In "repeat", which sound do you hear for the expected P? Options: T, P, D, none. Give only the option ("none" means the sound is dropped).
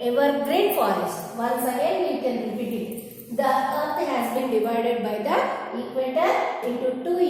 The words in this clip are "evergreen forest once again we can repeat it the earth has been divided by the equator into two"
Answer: none